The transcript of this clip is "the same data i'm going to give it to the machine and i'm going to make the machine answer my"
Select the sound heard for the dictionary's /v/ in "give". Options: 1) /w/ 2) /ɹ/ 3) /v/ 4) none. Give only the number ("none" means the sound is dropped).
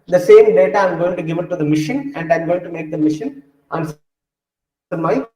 3